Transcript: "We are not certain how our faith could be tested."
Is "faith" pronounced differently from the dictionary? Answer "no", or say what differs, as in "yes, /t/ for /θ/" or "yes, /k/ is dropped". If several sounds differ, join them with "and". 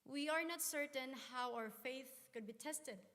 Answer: no